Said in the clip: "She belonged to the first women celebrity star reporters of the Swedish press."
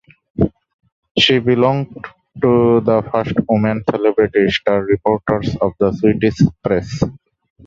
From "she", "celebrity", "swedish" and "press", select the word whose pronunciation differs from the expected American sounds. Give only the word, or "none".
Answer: swedish